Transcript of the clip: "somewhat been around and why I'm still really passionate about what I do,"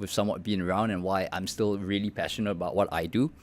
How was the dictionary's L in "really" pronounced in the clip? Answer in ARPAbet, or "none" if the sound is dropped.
L